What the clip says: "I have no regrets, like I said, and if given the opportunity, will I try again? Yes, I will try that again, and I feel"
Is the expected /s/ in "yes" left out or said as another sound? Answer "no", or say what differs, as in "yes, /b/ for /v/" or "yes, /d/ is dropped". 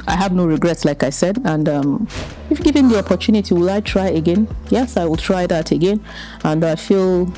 no